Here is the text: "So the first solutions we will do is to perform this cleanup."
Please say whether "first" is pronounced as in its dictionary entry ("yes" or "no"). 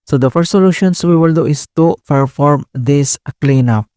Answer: yes